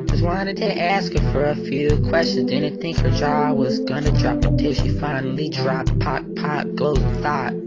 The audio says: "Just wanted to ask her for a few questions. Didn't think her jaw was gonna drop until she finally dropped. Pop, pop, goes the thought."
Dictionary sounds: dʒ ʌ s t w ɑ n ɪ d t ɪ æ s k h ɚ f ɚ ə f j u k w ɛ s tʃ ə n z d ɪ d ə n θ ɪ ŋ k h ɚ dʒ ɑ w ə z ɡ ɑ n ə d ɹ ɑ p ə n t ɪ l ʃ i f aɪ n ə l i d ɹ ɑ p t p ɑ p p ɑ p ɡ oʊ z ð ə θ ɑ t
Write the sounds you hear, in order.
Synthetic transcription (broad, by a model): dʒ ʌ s w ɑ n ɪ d t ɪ æ s k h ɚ f ɚ ə f j u k w ɛ s tʃ ə n z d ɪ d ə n θ ɪ ŋ k h ɚ dʒ ɑ w ə z ɡ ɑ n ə d ɹ ɑ p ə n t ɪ ʃ i f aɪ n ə l i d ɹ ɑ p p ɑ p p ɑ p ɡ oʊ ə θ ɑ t